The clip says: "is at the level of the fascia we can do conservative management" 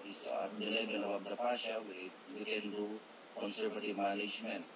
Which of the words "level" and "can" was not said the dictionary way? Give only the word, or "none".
level